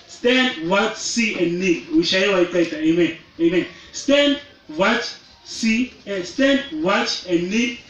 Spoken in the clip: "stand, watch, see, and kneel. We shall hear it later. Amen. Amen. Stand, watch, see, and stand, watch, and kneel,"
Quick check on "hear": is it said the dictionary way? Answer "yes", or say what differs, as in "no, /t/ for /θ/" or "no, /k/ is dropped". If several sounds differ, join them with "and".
no, /w/ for /ɹ/